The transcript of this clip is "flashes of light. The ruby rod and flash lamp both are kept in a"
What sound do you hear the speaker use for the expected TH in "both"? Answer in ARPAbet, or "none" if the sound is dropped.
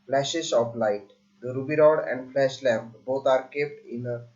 T